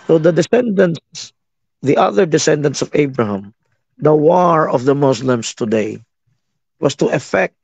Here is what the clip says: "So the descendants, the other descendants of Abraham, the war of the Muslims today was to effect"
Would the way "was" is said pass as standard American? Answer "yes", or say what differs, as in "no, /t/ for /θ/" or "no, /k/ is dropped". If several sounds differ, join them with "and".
no, /s/ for /z/